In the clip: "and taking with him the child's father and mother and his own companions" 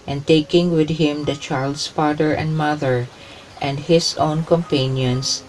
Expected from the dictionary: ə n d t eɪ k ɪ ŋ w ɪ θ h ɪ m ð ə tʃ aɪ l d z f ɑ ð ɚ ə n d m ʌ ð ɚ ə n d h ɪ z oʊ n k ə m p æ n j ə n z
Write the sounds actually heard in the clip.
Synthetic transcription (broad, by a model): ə n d t eɪ k ɪ ŋ w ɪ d h ɪ m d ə tʃ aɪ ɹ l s f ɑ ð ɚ ə n d m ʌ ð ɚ ə n d h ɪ s oʊ n k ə m p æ n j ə n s